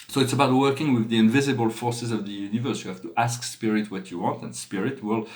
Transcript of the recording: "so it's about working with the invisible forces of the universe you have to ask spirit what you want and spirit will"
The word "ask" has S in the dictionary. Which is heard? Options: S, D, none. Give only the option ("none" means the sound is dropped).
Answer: S